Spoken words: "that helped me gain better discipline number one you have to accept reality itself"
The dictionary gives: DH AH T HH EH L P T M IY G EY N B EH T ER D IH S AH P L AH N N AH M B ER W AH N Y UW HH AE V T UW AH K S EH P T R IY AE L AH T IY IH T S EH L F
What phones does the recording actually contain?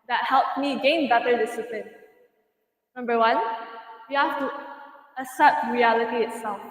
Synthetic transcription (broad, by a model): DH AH T HH EH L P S M IY G EY N B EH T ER D IH S AH P L AH N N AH M B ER W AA N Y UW HH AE F T UW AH S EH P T R IY AE L AH T IY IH T S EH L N